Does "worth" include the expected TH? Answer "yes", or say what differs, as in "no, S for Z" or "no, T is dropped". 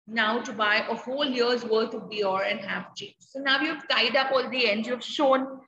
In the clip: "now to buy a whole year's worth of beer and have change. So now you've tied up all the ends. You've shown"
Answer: no, T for TH